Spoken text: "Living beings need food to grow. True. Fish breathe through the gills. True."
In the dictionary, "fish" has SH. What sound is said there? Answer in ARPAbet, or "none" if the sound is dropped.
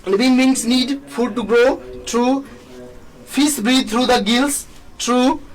S